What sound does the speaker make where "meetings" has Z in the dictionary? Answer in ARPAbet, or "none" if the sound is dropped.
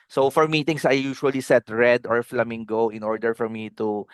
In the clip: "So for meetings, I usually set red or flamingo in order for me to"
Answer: S